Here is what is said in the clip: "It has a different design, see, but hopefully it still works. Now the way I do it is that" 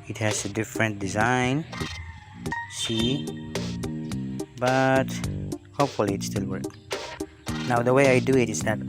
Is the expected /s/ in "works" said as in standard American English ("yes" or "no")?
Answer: no